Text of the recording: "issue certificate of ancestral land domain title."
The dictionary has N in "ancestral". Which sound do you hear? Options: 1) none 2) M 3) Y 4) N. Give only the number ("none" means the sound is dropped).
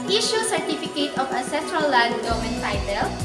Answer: 1